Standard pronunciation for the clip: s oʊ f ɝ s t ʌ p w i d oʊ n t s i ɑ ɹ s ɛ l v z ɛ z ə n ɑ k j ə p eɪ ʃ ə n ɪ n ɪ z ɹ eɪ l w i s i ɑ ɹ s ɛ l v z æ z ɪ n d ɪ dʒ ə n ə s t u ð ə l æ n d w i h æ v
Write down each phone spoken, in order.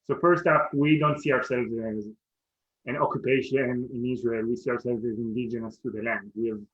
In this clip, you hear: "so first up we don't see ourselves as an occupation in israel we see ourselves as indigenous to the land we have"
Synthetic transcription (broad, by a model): s oʊ f ɝ s t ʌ f w i d oʊ n t s i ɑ ɹ s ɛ l v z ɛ z ə n ɑ k j ə p eɪ ʃ ə n ɪ n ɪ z ɹ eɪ l w i s i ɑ ɹ s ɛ l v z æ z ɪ n d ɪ dʒ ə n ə s t u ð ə l æ n d w i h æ v